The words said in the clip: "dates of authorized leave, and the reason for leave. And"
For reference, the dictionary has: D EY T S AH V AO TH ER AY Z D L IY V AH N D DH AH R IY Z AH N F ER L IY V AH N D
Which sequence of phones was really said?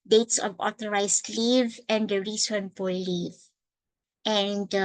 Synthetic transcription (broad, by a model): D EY T S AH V AO T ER AY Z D L IY V AH N D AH R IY S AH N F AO L IY V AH N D